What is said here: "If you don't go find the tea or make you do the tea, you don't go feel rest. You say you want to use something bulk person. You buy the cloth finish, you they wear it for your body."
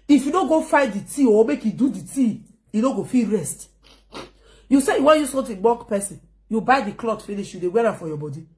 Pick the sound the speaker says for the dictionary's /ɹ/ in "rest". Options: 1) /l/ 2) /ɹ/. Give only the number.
2